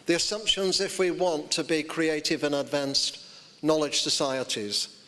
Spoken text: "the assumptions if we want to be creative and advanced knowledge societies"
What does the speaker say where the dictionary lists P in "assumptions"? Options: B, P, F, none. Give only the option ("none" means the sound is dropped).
P